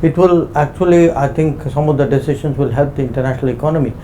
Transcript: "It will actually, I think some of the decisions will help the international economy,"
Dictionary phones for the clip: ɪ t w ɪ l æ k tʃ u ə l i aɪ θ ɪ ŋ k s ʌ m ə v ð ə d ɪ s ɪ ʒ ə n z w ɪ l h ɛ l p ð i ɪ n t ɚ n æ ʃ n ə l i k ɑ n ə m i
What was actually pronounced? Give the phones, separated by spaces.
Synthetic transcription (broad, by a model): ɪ t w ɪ l æ k tʃ u ə l i aɪ t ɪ ŋ k s ʌ m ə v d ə d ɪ s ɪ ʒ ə n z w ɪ l h ɛ l p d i ɪ n t ɚ n æ ʃ n ə l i k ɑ n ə m i